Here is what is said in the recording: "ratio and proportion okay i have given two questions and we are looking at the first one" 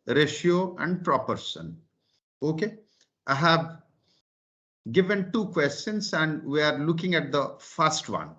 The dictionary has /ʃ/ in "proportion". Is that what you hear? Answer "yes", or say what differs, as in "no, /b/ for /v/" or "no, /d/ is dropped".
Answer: no, /s/ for /ʃ/